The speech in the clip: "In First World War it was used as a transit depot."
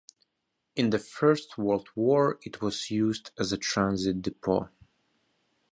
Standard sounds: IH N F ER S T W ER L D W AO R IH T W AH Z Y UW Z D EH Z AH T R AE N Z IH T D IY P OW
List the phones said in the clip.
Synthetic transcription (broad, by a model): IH N F ER S T W ER L D W AO R IH T W AH Z Y UW Z D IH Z AH T R AE N Z IH T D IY P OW